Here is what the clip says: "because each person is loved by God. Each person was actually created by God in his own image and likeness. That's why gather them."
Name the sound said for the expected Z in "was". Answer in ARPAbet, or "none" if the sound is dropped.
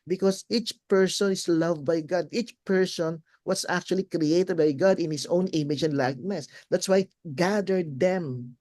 S